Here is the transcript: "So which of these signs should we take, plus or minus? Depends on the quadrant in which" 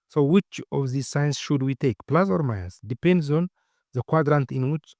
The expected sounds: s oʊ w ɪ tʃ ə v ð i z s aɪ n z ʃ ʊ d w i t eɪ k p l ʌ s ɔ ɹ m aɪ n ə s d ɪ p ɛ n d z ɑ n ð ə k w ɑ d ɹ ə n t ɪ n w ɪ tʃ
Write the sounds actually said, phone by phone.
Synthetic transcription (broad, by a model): s oʊ w ɪ tʃ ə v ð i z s aɪ n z ʃ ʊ d w i t eɪ k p l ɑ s ɔ ɹ m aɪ ə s d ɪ p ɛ n d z ɑ n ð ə k w ɑ d ɹ ə n t ɪ n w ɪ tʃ